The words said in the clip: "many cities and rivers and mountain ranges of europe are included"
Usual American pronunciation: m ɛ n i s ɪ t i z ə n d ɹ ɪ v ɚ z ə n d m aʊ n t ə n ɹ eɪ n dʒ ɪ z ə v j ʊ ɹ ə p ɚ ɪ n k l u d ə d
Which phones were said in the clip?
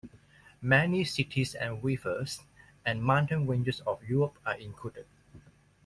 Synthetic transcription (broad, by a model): m ɛ n i s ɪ t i s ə n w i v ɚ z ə n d m aʊ n t ə n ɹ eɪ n dʒ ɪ s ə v j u ɹ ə p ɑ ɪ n k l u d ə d